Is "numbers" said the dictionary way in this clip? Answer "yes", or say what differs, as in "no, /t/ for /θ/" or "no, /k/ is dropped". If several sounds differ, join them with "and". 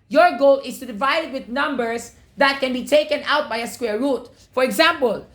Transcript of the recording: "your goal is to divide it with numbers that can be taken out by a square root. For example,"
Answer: no, /s/ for /z/